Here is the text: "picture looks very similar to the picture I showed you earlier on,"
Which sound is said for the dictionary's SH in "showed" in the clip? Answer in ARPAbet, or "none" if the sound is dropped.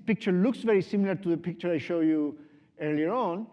SH